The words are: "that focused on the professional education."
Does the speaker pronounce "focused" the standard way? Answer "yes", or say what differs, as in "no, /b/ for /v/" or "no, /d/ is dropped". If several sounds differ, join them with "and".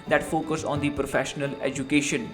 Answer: no, /t/ is dropped